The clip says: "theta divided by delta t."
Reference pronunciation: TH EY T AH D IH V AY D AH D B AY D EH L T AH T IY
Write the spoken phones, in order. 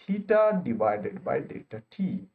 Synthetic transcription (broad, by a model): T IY T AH D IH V AY D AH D B AY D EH T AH T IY